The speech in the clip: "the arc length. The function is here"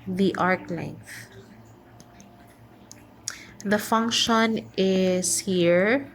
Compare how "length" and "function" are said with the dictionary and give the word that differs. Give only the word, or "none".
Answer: none